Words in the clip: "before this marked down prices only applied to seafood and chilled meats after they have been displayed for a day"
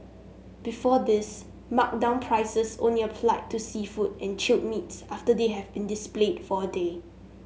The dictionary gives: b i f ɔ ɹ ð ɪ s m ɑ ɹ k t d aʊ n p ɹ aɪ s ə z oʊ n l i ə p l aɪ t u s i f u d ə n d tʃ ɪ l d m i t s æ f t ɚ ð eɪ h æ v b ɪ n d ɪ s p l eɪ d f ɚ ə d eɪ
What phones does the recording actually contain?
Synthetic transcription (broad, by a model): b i f ɔ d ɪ s m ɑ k d aʊ n p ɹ aɪ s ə s oʊ n l i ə f l aɪ t u s i f u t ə n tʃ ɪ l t m i t s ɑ f t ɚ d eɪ h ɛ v b ɪ n d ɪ s p l eɪ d f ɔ ə d eɪ